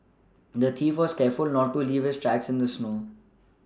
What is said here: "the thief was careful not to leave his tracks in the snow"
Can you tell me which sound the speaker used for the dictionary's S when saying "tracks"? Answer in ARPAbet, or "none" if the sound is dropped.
S